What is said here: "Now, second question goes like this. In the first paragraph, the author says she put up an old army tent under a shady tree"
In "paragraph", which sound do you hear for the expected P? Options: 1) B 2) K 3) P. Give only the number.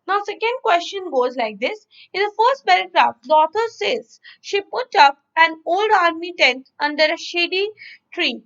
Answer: 1